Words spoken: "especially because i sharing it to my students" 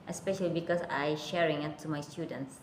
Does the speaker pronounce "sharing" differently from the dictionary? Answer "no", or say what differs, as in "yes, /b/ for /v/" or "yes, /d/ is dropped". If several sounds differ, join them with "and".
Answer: no